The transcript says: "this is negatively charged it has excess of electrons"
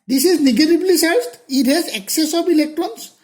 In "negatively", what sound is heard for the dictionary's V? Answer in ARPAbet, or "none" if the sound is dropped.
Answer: B